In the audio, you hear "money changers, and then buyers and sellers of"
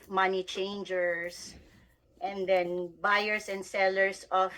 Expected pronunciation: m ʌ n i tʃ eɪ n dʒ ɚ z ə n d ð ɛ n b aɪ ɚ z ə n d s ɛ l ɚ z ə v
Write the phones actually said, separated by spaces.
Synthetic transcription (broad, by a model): m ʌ n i tʃ eɪ n dʒ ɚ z ə n d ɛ n b aɪ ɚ s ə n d s ɛ l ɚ s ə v